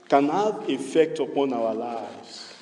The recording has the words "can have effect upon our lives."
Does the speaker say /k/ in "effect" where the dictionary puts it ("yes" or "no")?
yes